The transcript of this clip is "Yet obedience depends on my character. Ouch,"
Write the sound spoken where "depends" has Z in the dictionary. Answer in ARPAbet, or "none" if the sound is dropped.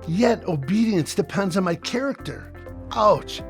Z